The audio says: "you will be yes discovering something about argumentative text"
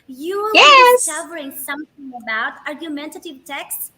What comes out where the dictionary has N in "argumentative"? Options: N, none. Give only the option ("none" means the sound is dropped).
N